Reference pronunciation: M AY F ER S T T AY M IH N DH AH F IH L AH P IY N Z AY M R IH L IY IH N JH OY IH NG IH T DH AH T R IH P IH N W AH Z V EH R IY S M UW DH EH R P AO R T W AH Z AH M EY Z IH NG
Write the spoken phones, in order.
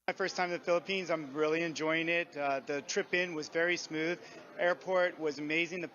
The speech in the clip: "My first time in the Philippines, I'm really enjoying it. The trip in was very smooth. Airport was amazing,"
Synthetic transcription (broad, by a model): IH F ER S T T AY M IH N DH AH F IH L AH P IY N Z AY M R IH L IY IH N JH OY IH NG IH T DH AH T R IH P IH N W AH Z V EH R IY S M UW DH EH R P AO R T W AH Z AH M EY Z IH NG